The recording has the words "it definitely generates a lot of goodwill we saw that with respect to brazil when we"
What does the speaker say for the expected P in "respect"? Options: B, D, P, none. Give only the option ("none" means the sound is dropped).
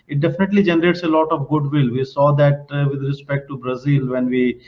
P